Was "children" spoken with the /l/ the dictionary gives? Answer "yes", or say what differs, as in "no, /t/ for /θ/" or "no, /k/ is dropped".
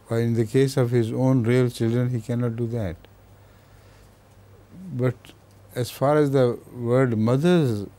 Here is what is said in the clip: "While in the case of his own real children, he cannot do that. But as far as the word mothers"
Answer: yes